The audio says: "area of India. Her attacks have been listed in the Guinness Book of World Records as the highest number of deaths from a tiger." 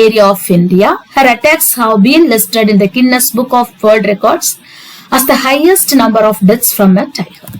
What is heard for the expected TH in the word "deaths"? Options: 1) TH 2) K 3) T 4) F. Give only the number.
3